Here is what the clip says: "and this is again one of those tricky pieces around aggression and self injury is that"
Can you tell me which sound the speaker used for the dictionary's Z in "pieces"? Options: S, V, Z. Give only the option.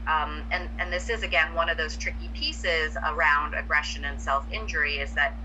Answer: Z